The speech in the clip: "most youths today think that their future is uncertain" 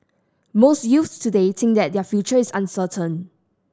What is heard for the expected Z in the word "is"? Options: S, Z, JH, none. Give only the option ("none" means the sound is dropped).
S